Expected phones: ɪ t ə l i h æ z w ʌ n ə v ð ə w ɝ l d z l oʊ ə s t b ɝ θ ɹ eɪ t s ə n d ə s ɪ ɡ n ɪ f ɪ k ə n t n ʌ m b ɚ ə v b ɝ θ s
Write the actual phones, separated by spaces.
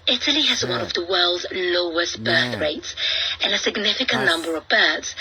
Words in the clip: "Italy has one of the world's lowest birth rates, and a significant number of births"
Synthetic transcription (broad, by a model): ɪ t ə l i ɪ z w ʌ n ə v ð ə w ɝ l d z l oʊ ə s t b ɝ θ ɹ eɪ t s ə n ə s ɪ ɡ n ɪ f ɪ k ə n n ʌ m b ɚ ə v b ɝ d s